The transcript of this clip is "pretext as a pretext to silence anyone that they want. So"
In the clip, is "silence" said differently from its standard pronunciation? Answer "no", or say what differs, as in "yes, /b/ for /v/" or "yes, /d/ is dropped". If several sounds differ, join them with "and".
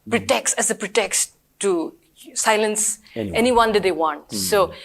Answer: no